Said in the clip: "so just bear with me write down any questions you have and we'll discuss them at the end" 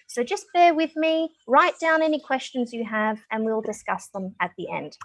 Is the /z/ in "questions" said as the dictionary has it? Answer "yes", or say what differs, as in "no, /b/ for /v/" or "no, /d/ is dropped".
yes